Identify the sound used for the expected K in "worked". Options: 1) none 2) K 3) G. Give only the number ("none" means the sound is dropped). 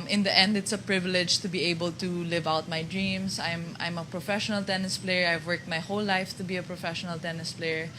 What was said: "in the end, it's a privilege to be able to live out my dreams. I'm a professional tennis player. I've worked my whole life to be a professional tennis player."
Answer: 2